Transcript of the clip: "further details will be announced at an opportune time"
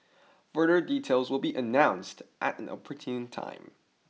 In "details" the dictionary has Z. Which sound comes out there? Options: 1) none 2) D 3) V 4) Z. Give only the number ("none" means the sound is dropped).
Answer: 4